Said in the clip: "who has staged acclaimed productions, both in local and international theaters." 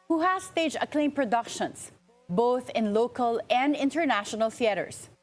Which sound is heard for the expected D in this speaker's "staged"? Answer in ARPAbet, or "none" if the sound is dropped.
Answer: none